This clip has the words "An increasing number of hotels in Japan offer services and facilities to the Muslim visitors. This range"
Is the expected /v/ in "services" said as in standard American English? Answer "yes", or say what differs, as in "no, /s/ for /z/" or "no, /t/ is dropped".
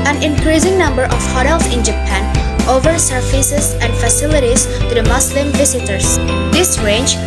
no, /f/ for /v/